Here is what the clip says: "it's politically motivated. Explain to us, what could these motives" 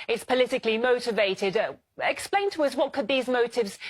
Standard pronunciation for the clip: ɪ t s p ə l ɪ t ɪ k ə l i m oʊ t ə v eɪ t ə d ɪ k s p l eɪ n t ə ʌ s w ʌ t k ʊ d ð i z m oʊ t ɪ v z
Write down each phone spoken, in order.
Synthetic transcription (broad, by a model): ɪ t s p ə l ɪ t ɪ k l i m oʊ t ə v eɪ t ə d ɪ k s p l eɪ n t ə ʌ s w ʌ t k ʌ d ð i z m oʊ t ɪ v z